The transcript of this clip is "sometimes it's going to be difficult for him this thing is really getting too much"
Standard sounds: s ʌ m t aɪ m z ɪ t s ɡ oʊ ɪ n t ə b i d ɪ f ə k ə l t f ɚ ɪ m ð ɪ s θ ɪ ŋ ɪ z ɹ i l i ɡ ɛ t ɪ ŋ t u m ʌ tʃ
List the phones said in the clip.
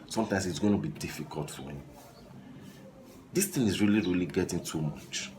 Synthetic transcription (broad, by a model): s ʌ m t aɪ m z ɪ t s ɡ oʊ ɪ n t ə b i d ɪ f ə k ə l t f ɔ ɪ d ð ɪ s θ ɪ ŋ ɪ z ɹ i l i ɡ ɛ t ɪ ŋ t u m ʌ tʃ